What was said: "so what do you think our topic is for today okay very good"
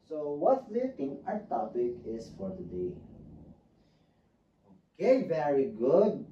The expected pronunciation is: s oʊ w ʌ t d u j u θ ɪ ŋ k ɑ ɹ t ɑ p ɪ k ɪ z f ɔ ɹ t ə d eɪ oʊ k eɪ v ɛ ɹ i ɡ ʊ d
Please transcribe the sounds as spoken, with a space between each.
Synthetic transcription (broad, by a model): s oʊ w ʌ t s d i t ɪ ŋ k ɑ t ɑ p ɪ k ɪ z f ɔ ɹ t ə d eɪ oʊ k eɪ v ɛ ɹ i ɡ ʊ d